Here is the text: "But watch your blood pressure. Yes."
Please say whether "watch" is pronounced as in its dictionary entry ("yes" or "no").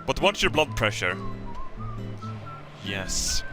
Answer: no